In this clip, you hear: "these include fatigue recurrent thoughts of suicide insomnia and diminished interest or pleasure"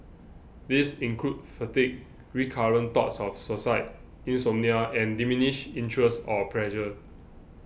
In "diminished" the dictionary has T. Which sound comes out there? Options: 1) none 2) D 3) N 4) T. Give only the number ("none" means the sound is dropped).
1